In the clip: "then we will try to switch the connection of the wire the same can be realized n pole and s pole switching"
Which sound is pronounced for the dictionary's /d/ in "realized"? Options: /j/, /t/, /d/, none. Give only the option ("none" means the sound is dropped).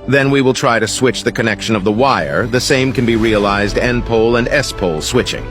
/d/